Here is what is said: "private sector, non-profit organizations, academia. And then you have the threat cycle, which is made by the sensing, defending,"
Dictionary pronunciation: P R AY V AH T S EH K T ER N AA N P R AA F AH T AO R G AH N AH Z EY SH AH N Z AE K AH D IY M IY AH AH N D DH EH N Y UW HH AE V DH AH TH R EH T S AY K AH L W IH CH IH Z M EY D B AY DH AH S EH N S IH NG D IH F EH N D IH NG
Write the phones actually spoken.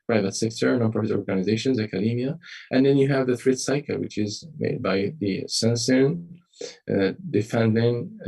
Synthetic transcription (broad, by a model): P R AY V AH T S EH K T ER N AA N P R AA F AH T AO R G AH N AH Z EY SH AH N Z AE K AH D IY M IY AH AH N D DH EH N Y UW HH AE V DH AH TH R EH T S AY K AH L W IH CH IH Z M EY D B AY DH AH S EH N S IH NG D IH F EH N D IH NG